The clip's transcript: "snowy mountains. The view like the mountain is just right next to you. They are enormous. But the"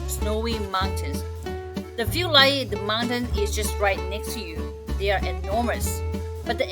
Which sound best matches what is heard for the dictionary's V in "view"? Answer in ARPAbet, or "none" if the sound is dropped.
F